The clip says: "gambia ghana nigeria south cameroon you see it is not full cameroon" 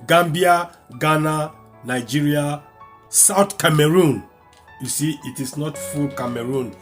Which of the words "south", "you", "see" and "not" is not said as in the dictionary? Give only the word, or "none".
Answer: south